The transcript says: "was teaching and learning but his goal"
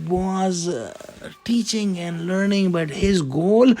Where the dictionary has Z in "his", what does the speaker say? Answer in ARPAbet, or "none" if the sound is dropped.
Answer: Z